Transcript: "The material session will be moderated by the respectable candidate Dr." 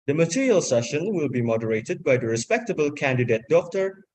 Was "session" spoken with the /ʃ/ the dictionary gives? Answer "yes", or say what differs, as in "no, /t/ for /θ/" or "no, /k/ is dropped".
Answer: yes